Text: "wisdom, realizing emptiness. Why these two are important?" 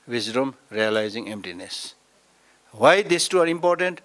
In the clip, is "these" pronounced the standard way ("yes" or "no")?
no